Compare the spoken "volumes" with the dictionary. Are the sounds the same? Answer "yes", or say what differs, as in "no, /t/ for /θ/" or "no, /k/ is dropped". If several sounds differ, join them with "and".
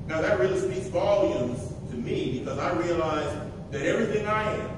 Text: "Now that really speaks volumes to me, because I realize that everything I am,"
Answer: yes